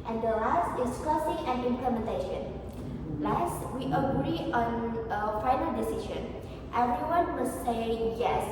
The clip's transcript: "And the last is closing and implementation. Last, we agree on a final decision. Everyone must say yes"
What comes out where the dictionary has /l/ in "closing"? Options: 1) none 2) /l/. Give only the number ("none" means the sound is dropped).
1